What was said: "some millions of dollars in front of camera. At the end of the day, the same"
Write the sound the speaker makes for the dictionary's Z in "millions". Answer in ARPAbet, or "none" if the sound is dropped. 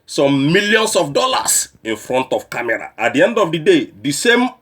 S